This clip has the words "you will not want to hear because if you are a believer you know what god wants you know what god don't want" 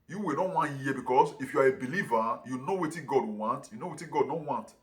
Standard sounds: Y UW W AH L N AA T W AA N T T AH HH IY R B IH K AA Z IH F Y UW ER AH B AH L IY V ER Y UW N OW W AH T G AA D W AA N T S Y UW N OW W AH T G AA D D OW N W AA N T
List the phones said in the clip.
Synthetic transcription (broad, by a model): Y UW W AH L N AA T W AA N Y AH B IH K AA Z IH F Y UW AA AH B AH L IY V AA Y UW N OW W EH T G AA D W AA N T Y UW N OW W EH T G AA D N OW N W AA N T